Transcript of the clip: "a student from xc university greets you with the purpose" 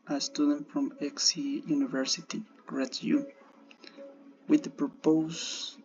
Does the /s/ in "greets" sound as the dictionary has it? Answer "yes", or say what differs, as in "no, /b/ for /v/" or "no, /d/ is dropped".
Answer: no, /s/ is dropped